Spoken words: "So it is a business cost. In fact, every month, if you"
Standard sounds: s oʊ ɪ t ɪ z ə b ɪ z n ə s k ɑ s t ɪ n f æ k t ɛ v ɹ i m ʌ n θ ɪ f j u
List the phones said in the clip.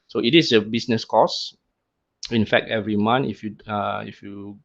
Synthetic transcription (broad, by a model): s oʊ ɪ t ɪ s ə b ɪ s n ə s k ɑ s ɪ n f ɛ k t ɛ v ɹ i m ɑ n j ɪ f j u